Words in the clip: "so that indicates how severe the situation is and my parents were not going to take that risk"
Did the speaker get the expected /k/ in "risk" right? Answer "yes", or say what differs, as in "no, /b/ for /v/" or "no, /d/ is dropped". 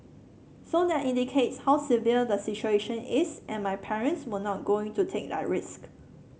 yes